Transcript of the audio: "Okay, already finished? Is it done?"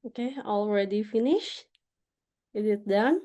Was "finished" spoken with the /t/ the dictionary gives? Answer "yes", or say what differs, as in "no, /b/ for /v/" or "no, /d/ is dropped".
no, /t/ is dropped